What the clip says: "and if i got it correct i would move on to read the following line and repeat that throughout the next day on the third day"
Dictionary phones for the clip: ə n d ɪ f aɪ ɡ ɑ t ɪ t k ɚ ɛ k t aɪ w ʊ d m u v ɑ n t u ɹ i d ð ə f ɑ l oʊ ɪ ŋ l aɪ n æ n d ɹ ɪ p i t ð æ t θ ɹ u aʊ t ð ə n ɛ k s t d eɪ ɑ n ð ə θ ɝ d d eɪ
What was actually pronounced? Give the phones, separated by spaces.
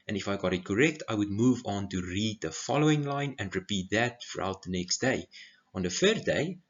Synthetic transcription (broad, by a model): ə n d ɪ f aɪ ɡ ɑ t ɪ t k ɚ ɛ k t aɪ w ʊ d m u v ɑ n t u ɹ i d ð ə f ɑ l oʊ ɪ ŋ l aɪ n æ n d ɹ ɪ p i t ð æ t f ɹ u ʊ t ð ə n ɛ k s t d eɪ ɑ n ð ə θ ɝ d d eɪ